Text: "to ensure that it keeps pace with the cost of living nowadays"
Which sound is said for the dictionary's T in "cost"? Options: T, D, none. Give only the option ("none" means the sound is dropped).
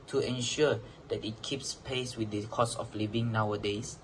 none